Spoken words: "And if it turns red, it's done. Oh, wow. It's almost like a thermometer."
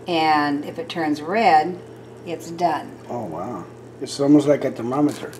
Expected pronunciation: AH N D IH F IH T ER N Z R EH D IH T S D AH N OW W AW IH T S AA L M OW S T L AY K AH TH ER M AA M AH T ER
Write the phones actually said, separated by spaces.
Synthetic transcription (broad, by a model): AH N IH F IH T ER N Z R EH D IH T S D AH N OW W AW IH T S AA L M OW S T L AY K AH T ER M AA M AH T ER